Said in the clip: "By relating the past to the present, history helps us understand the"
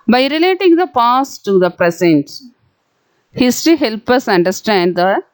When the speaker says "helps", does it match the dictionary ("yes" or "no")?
no